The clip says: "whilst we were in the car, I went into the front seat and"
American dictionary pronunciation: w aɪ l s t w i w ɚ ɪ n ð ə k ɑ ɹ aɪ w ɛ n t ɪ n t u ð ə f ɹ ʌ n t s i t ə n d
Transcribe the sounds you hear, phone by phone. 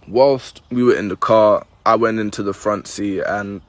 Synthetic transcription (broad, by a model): w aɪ l s t w i w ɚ ɪ n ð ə k ɑ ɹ aɪ w ɛ n t ɪ n t u ð ə f ɹ ʌ n t s i ə n